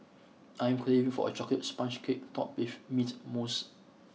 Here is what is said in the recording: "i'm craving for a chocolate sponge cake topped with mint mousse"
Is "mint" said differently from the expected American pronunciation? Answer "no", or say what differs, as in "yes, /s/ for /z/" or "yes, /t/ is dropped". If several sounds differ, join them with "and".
yes, /n/ is dropped